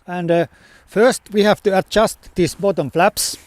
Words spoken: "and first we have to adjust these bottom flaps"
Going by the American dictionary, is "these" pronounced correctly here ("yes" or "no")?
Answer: no